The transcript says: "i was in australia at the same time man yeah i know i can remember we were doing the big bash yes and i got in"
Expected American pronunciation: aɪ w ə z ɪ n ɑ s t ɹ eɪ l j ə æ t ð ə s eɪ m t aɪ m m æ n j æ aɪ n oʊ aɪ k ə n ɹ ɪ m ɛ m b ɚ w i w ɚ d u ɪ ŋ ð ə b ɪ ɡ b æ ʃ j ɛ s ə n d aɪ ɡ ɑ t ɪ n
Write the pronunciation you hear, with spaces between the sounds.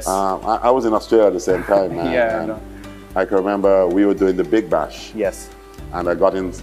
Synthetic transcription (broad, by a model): aɪ w ə z ɪ n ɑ s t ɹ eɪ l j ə t ð ə s eɪ m t aɪ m m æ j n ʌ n aɪ k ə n ɹ ɪ m ɛ m b ɚ w i w ɚ d u ɪ ŋ ð ə b ɪ ɡ b æ ʃ j ɛ s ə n aɪ ɡ ɑ t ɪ n